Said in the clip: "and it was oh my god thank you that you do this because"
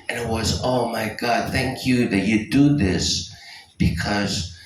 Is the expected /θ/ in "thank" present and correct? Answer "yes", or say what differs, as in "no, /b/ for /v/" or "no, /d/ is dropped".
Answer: yes